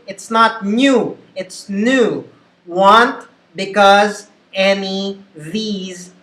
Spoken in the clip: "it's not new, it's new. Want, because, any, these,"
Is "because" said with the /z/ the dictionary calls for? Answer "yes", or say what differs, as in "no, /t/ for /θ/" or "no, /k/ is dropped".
yes